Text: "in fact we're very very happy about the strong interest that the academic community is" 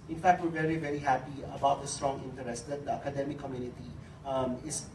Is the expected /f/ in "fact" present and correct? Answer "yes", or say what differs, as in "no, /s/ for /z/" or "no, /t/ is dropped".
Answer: yes